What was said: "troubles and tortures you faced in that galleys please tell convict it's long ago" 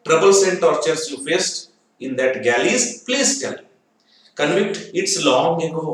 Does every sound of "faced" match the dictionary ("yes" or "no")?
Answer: yes